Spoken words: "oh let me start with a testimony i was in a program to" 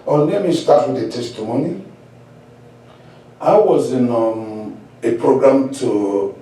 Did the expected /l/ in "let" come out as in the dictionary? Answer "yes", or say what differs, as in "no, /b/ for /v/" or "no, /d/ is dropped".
no, /n/ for /l/